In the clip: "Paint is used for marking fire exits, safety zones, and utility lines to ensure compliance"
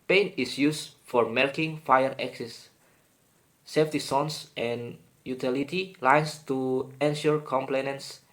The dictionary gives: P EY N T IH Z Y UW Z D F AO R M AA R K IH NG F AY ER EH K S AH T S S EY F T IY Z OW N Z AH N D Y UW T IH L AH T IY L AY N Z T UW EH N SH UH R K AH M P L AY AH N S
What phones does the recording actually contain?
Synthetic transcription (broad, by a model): P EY N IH S Y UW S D F AO R M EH L K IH NG F AY ER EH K S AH S S EY F T IY S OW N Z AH N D Y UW T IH L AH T IY L AY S T UW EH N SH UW R K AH M P L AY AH N S